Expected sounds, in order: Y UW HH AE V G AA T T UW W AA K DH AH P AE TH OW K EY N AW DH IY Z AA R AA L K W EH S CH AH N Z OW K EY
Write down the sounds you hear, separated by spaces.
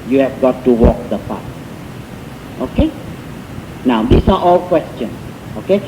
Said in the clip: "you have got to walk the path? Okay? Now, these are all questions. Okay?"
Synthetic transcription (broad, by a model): Y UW HH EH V G AA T T UW W AA K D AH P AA S OW K EY N AW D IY S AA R AA L K W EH S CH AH N S OW K EY